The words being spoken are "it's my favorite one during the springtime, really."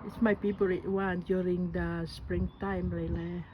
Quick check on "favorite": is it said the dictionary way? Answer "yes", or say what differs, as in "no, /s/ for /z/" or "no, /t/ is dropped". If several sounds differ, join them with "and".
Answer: no, /p/ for /f/ and /b/ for /v/